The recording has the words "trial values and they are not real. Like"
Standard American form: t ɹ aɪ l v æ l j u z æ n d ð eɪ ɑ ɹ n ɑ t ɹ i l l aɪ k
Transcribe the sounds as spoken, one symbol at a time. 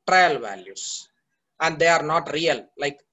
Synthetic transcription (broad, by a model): t ɹ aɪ l v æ l j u s æ n d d eɪ ɑ ɹ n ɑ t ɹ i l l aɪ k